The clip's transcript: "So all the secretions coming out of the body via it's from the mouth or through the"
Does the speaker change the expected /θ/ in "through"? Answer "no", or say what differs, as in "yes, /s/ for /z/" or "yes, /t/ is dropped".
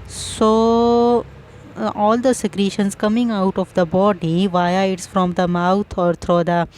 yes, /t/ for /θ/